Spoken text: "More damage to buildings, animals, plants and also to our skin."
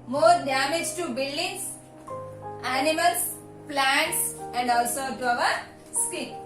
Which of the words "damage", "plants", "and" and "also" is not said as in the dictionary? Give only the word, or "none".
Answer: none